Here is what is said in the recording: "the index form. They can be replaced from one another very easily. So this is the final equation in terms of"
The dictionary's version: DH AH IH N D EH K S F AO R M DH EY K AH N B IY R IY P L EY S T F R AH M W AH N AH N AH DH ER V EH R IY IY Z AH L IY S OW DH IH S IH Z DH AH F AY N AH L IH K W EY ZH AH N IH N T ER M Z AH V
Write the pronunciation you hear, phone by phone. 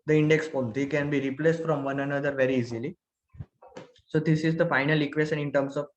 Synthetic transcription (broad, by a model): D AH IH N D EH K S P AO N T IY K AH N B IY R IY P L EY S T F R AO M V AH N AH N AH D ER V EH R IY IY Z AH L IY S OW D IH S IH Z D AH F AY N AH L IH K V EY SH AH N IH N T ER M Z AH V